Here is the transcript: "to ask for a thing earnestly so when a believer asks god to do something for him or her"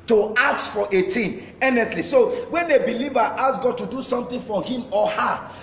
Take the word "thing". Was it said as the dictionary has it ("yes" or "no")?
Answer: no